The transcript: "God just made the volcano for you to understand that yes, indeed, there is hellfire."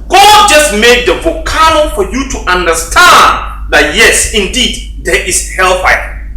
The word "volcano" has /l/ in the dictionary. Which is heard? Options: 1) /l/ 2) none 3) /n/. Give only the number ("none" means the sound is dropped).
2